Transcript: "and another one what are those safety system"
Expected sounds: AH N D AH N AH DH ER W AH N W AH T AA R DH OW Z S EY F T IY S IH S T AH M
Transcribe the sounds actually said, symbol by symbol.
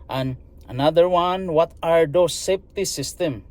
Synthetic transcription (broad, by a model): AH N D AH N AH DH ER W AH N W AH T AA R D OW S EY P T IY S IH S T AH M